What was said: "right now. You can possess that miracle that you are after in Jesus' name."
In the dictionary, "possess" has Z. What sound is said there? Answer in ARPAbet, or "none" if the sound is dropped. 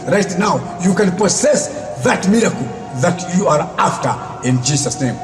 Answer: S